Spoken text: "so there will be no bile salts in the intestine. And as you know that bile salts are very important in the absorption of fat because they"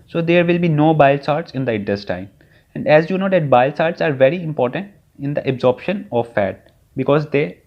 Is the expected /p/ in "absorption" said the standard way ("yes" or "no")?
yes